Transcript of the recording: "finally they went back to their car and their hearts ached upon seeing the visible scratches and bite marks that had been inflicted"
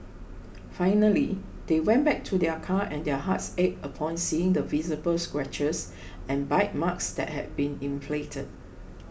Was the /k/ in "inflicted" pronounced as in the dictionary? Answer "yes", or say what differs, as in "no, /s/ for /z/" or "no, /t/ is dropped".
no, /k/ is dropped